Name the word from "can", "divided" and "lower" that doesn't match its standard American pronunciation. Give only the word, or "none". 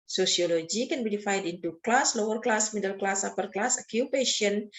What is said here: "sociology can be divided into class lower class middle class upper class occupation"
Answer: divided